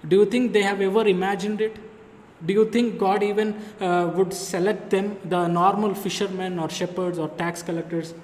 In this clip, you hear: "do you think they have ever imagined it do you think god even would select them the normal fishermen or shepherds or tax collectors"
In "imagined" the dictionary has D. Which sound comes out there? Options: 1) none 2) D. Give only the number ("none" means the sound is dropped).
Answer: 2